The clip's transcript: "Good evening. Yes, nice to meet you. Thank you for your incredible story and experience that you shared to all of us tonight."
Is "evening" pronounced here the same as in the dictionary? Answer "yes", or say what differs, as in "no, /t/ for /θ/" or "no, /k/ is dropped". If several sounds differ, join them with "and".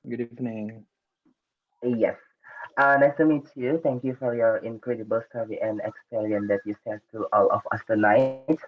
no, /f/ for /v/